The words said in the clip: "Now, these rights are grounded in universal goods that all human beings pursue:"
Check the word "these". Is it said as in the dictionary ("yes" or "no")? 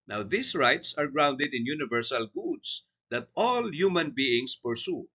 no